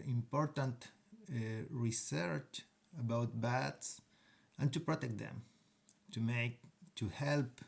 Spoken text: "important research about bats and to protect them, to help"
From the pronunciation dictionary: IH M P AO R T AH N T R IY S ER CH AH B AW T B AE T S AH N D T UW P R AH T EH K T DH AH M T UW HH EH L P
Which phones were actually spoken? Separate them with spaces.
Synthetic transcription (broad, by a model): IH M P AO R T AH N T R IY S ER CH AH B AW T B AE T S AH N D T UW P R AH T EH K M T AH M T UW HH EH L P